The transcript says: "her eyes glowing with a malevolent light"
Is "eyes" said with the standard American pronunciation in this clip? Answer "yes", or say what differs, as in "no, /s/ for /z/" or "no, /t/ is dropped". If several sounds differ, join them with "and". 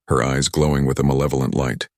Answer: yes